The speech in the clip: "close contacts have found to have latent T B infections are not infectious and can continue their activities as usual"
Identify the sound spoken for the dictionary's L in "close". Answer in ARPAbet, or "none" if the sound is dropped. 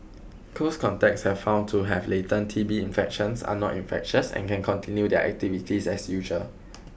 none